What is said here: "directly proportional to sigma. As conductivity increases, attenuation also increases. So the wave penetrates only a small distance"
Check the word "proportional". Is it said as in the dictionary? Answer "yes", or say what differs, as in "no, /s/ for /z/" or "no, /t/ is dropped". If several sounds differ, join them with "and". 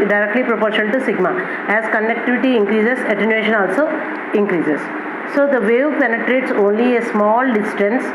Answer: no, /n/ is dropped and /n/ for /l/